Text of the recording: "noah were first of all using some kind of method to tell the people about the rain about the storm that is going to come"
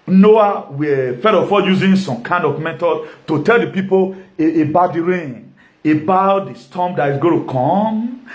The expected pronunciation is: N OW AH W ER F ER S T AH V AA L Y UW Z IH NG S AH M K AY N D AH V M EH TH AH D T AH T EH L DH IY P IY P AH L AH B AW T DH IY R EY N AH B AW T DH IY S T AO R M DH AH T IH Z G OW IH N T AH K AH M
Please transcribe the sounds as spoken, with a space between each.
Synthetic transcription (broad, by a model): N OW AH W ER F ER T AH F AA Y UW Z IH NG S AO M K AY N D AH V M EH T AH T AH T EH L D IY P IY P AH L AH B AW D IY R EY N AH B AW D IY S T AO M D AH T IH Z G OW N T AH K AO M